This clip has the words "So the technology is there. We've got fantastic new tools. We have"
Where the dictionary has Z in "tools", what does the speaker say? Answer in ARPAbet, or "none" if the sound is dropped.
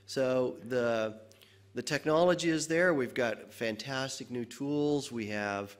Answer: Z